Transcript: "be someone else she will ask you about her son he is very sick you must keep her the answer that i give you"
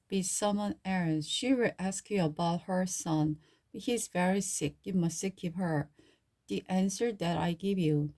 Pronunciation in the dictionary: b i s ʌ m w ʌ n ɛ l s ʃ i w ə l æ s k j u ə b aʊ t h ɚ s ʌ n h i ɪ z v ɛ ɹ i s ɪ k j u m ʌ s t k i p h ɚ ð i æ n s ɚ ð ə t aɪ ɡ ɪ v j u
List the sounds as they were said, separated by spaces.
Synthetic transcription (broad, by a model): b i s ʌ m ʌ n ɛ n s ʃ i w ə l æ s k j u ə b aʊ t h ɚ s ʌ n h i ɪ z v ɛ ɹ i s ɪ k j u m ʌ s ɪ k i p h ɚ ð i æ n s ɚ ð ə t aɪ ɡ ɪ v j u